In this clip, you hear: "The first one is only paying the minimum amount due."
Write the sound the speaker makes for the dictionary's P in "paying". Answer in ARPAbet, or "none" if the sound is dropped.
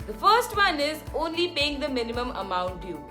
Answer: P